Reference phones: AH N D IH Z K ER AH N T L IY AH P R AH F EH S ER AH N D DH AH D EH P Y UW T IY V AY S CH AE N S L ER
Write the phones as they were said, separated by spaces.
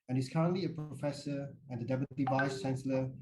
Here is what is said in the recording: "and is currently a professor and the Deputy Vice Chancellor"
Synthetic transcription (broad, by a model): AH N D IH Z K ER AH N T L IY AH P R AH F EH S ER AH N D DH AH D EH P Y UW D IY V AY S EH N S L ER